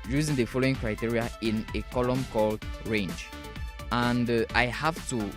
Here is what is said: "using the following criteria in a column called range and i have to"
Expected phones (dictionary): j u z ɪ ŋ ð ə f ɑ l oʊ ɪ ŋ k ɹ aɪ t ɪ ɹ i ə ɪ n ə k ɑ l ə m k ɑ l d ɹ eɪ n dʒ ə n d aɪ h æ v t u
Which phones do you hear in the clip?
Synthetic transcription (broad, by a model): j u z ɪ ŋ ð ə f ɑ l oʊ ɪ ŋ k ɹ aɪ t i ɹ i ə ɪ n ə k ɑ l ə m k ɑ l d ɹ eɪ n dʒ ə n d aɪ h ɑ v t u